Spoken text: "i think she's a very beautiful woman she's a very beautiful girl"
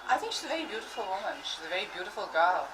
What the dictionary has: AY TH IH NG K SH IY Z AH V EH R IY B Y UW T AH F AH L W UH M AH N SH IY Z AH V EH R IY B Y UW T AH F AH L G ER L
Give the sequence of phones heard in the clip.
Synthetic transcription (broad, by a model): AY TH IH NG K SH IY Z AH V EH R IY B Y UW T AH F AH L W UH M AH N SH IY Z AH V EH R IY B Y UW T AH F AH L G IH L